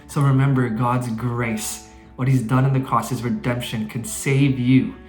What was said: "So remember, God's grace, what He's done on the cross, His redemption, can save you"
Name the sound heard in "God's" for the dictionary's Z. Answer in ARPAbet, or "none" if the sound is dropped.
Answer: Z